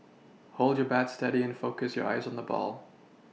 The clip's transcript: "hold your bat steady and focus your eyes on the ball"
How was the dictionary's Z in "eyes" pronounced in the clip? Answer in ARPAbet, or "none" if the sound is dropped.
Z